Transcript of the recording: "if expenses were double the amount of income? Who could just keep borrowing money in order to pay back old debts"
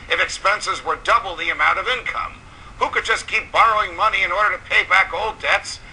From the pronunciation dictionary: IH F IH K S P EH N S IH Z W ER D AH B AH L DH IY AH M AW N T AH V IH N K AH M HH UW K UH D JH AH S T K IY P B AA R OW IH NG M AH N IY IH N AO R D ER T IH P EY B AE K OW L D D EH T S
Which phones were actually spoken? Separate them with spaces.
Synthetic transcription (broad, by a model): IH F IH K S P EH N S IH Z W ER D AH B L DH IY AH M AW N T AH V IH N K AH M HH UW K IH D JH AH S K IY P B AA R OW IH NG M AH N IY IH N AO R D ER T IH P EY B AE K OW L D D EH T S